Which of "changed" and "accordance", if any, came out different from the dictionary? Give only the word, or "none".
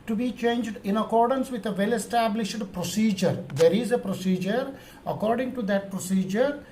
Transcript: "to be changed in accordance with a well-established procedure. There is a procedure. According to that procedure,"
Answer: none